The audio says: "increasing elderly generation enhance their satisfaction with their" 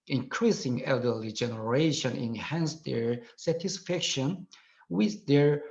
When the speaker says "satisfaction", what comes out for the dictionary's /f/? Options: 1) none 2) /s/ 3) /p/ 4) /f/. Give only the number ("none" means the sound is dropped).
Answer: 4